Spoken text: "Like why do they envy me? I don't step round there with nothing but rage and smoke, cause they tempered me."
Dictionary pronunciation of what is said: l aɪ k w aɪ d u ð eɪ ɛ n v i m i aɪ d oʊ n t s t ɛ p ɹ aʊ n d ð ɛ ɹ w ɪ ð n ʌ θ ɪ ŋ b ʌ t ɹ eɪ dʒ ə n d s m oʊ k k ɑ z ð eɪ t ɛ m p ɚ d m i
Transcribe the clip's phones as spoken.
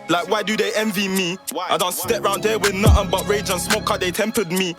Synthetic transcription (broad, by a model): l aɪ k w aɪ d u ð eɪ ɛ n v i m i aɪ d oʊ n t s t ɛ p ɹ aʊ n d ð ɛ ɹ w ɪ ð n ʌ t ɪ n b ʌ t ɹ eɪ dʒ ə n s m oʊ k k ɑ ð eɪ t ɛ m p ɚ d m i